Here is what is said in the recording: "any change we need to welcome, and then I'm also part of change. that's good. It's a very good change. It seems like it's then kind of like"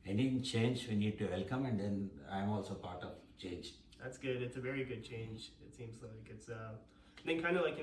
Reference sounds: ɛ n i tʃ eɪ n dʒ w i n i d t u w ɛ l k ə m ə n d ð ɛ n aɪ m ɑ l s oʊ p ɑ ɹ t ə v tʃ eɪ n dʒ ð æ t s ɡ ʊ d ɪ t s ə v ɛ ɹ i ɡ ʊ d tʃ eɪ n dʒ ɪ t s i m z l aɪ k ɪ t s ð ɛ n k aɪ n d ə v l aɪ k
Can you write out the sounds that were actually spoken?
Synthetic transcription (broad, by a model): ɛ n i tʃ eɪ n dʒ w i n i d t u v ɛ l k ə m ə n d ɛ n aɪ m ɑ l s oʊ p ɑ ɹ t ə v tʃ eɪ n dʒ ð æ t s ɡ ʊ d ɪ t s ə v ɛ ɹ i ɡ ʊ d tʃ eɪ n dʒ ɪ t s i m z l aɪ k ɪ t s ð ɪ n k aɪ n d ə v l aɪ k